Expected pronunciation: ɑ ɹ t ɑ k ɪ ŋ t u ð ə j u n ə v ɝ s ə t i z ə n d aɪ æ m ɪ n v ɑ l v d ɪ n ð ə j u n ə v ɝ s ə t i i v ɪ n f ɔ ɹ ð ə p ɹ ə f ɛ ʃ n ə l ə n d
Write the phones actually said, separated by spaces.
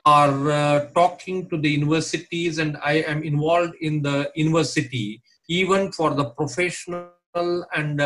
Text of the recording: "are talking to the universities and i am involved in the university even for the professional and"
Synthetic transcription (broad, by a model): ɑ ɹ t ɑ k ɪ ŋ t u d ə j u n ə v ɝ s ə t i z ə n d aɪ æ m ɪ n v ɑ l d ɪ n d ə j u n ə v ɝ s ə t i i v ɪ n f ɔ ɹ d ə p ɹ ə f ɛ ʃ n ə l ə n d